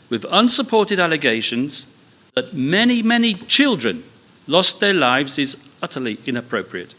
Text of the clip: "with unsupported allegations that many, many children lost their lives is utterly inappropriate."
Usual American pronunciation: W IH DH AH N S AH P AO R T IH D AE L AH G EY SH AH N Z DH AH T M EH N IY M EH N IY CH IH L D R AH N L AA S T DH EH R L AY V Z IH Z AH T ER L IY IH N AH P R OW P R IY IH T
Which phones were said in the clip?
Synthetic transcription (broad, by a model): W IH DH AH N S AH P AO R T IH D AE L AH G EY SH AH N Z DH AH T M EH N IY M EH N IY CH IH L D R AH N L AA S DH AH R L AY V Z IH Z AH T ER L IY IH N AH P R OW P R IY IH T